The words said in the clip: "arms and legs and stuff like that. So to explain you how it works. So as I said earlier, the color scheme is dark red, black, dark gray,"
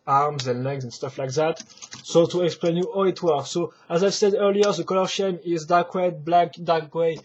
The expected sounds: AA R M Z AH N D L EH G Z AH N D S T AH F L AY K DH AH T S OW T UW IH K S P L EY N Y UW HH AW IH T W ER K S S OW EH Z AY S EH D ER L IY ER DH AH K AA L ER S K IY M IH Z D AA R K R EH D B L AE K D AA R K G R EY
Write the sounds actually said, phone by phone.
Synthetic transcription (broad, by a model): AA R M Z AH N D L EH G Z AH N S T AH F L AY K DH AH T S OW T UW IH K S P L EY N Y UW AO IH T W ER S S OW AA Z AY S EH D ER L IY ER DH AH K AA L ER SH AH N IH Z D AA K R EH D B L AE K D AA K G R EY